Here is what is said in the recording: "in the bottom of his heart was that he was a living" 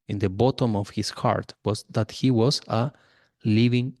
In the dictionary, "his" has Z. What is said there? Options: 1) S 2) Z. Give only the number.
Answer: 1